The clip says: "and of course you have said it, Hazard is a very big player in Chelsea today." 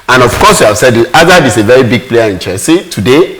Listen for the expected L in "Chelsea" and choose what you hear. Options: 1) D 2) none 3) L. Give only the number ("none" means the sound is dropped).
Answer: 2